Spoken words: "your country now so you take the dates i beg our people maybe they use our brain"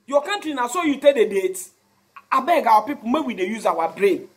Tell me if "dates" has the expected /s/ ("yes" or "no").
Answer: no